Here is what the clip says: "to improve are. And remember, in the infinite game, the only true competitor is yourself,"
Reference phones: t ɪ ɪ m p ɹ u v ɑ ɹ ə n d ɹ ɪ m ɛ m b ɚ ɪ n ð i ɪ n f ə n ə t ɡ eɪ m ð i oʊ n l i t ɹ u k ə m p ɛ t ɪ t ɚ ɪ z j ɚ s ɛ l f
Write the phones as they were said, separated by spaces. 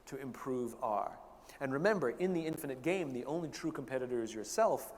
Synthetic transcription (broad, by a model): t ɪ ɪ m p ɹ u v ɑ ɹ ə n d ɹ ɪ m ɛ m b ɚ ɪ n ð i ɪ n f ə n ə t ɡ eɪ m ð i oʊ n l i t ɹ u k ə m p ɛ t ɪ t ɚ ɪ z j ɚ s ɛ l f